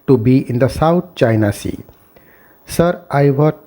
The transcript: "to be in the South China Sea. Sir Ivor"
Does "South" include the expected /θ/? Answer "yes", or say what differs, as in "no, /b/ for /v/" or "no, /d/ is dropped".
no, /t/ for /θ/